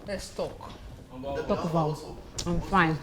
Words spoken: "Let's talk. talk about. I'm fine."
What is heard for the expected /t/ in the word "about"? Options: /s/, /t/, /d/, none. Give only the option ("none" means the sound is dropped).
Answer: none